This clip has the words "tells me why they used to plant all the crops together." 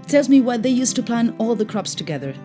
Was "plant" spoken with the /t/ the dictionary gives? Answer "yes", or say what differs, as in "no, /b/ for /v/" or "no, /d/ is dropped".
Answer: no, /t/ is dropped